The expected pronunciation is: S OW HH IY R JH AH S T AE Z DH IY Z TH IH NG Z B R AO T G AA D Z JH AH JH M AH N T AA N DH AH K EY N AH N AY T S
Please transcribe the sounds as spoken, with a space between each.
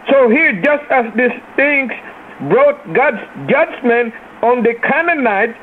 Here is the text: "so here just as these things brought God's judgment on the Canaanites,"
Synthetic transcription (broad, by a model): S OW HH IY R JH AH S T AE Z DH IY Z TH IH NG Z B R AO T G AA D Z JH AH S M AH N AA N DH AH K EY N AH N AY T